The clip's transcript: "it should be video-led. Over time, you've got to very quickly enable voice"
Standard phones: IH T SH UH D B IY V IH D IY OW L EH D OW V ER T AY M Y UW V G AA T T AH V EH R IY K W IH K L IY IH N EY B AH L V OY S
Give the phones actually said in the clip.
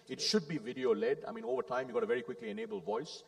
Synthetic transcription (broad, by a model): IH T SH UH D B IY V IH D IY OW L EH D OW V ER T AY M Y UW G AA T T AH V EH R IY K W IH K L IY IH N EY B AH L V OY S